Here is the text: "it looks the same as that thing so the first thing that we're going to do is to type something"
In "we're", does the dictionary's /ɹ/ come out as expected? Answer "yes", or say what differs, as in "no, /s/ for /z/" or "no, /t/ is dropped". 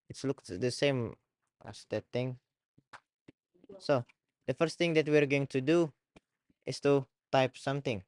yes